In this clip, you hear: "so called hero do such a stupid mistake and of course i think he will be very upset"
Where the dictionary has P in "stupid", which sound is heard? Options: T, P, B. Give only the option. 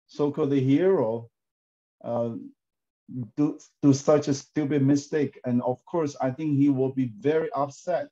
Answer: B